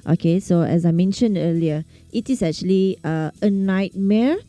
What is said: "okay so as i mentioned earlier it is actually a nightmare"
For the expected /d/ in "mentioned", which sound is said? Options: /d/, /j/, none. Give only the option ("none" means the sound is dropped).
/d/